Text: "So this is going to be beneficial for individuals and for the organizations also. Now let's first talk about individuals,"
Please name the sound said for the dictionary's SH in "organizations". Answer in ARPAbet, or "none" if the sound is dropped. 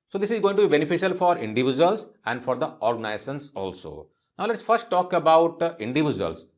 S